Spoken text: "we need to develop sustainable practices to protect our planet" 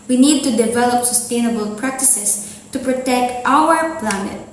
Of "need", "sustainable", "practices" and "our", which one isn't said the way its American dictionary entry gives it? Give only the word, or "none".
practices